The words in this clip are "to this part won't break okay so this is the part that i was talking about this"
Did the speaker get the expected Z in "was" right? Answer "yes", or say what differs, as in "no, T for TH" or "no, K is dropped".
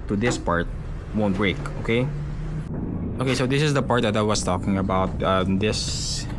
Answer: no, S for Z